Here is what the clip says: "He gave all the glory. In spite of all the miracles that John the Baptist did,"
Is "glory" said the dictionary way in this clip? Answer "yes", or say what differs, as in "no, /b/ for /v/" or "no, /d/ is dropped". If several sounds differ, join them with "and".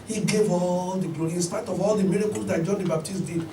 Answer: no, /ɹ/ is dropped